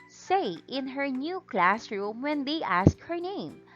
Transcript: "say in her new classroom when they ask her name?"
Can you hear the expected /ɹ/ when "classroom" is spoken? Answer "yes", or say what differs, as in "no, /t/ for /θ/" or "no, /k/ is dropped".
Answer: yes